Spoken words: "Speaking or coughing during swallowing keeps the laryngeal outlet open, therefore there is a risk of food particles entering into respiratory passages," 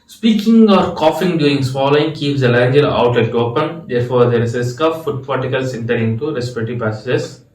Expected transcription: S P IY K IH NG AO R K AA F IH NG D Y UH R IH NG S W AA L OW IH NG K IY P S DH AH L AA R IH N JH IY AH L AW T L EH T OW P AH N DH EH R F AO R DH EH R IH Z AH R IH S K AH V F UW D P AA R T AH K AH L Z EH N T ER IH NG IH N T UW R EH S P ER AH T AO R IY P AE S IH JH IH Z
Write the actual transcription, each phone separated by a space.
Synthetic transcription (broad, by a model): S P IY K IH NG AO R K AA F IH NG D Y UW R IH NG S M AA L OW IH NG K IY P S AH L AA IH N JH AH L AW T EH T OW P AH N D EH R F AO R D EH R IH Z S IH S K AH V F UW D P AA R T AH K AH L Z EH N T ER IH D IH N T UW R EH S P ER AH T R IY P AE S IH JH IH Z